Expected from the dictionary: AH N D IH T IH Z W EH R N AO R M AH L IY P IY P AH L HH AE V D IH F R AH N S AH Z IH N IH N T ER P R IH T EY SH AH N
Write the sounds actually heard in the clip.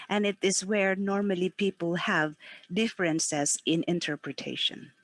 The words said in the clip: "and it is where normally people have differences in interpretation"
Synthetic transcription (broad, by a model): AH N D IH T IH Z W EH R N AO R M AH L IY P IY P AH L HH AE V D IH F R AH N S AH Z IH N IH N T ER P R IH T EY SH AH N